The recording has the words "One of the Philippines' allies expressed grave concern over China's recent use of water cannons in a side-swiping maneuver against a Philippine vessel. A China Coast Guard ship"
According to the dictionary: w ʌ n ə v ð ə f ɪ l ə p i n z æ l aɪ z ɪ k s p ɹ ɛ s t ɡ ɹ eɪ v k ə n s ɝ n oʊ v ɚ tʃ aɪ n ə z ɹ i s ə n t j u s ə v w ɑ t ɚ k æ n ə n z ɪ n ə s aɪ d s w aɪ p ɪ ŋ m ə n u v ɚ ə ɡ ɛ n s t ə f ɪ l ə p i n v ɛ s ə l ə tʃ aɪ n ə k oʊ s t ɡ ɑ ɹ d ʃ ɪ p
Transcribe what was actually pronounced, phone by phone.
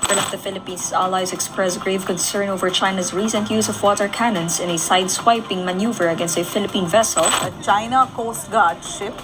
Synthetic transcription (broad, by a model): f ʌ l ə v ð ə f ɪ l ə p i n s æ l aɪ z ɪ k s p ɹ ɛ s ɡ ɹ eɪ v k ə n s ɝ n oʊ v ɚ tʃ aɪ n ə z ɹ i s ə n t j u s ə v w ɑ t ɚ k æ n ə n s ɪ n ə s aɪ d s w aɪ p ɪ ŋ m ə n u v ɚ ə ɡ ɛ n s t ə f ɪ l ə p i n v ɛ s ə l ə tʃ aɪ n ə k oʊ s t ɡ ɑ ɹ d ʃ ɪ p